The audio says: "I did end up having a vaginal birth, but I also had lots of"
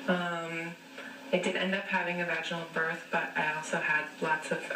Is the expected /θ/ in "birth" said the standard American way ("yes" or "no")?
yes